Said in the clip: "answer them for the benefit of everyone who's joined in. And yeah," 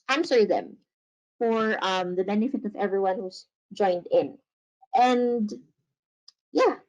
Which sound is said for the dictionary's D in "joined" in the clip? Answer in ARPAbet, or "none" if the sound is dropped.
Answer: D